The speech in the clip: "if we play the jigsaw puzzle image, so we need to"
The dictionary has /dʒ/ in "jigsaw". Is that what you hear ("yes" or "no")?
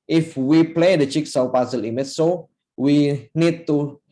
no